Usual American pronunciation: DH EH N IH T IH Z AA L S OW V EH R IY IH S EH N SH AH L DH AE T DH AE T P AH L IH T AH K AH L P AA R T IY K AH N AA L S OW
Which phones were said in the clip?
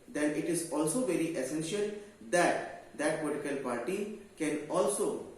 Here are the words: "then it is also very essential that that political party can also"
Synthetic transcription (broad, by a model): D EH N IH T IH Z AA L S OW V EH R IY IH S EH N SH AH L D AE T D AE T P AH L IH T AH K AH L P AA R T IY K AH N AA L S OW